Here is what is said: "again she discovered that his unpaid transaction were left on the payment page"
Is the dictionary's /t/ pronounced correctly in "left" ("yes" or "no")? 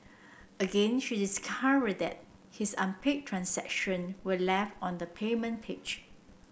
no